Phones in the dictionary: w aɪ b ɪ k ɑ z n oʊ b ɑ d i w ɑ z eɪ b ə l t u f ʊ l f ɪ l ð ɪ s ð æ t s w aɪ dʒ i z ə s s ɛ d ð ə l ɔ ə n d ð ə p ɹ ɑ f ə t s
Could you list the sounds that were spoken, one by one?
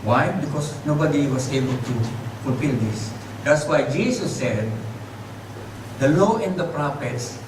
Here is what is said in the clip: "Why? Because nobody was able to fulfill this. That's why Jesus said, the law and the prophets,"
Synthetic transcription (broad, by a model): w aɪ b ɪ k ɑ s n oʊ b ɑ d i w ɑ s eɪ b ə l t u f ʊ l f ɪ l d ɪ s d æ t s w aɪ dʒ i s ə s s ɛ d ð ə l ɔ ə n d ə p ɹ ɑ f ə t s